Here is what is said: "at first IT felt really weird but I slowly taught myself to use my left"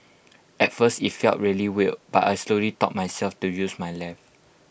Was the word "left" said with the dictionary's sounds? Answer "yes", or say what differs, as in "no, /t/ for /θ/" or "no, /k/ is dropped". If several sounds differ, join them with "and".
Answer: no, /t/ is dropped